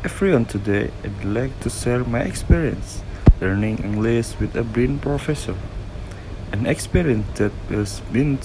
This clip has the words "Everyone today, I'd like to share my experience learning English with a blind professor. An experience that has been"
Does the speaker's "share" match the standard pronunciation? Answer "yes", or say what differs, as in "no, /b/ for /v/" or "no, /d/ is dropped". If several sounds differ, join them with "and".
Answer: no, /s/ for /ʃ/